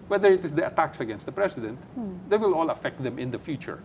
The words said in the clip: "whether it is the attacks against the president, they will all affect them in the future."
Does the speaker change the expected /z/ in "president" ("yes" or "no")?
yes